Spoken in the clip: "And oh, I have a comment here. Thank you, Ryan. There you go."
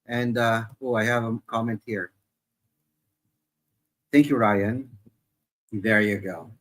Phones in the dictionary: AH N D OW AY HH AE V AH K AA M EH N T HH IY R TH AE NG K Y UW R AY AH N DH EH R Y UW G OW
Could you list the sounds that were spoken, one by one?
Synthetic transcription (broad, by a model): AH N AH OW AY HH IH V AH K AA M EH N T HH IY R TH AE NG K Y UW R AY AH N DH EH R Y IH G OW